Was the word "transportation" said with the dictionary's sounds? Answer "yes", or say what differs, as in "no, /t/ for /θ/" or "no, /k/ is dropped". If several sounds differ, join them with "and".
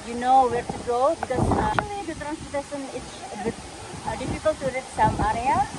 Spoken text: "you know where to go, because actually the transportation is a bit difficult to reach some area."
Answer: no, /p/ is dropped and /s/ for /ʃ/